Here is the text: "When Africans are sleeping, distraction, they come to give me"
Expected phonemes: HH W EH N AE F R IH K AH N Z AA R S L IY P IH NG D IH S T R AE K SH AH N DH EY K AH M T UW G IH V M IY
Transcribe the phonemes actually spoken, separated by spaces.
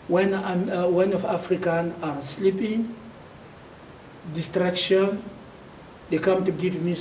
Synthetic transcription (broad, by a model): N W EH N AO F R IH K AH N AA R S L IY P IH NG D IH S T R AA K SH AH N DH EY K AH M T UW G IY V M IY